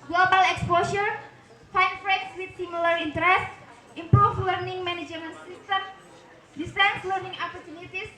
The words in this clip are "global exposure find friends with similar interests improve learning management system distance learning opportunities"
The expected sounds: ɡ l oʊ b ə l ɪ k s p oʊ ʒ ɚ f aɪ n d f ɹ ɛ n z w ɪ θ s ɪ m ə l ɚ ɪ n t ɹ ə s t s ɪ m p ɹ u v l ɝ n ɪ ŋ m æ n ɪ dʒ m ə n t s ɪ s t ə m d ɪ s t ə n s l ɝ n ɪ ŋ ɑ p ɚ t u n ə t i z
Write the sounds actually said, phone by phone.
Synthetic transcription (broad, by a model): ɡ l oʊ b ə l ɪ k s p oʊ ʃ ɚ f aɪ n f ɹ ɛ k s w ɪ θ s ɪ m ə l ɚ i n t ɹ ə s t ɪ m p ɹ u f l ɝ n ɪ ŋ m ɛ n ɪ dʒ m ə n s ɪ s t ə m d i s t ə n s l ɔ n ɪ ŋ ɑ p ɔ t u n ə t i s